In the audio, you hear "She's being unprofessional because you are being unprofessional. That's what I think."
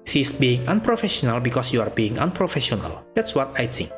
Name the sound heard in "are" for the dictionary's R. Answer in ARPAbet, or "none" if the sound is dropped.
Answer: R